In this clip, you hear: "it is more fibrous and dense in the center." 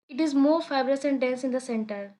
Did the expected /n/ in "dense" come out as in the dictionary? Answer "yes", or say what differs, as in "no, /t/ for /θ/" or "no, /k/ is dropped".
no, /l/ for /n/